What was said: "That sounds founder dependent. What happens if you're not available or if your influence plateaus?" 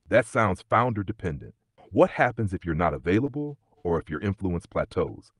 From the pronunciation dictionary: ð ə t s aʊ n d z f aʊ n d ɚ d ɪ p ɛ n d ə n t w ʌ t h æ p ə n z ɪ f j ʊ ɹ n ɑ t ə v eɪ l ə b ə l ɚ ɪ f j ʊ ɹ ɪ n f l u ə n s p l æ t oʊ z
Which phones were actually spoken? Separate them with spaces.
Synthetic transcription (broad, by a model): ð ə t s aʊ n d z f aʊ n d ɚ d ɪ p ɛ n d ə n t w ʌ t h æ p ə n z ɪ f j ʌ ɹ n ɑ t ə v eɪ l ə b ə l ɚ ɪ f j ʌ ɹ ɪ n f l u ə n s p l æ t oʊ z